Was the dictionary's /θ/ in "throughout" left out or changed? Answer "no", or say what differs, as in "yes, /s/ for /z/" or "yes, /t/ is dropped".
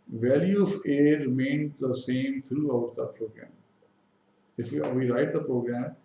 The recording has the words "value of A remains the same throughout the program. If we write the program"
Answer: yes, /t/ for /θ/